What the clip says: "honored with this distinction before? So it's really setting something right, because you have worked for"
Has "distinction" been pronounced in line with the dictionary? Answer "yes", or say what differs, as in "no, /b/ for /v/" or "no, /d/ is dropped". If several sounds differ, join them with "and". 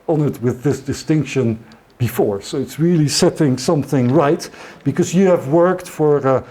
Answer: yes